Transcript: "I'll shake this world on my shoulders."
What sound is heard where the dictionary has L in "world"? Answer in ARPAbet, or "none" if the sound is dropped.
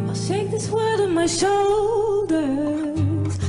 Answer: none